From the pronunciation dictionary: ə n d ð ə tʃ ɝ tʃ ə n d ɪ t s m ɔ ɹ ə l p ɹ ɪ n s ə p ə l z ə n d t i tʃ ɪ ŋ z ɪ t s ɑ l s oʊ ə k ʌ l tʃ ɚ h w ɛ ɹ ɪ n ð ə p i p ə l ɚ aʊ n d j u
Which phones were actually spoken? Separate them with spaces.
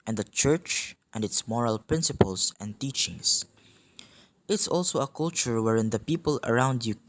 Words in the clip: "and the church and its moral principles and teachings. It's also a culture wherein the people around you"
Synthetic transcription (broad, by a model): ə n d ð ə tʃ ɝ tʃ ə n d ɪ t s m ɔ ɹ ə l p ɹ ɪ n s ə p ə l s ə n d t i tʃ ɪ ŋ s ɪ t s ɑ l s oʊ ə k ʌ l tʃ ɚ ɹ w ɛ ɹ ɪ n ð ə p i p ə l ɚ aʊ n d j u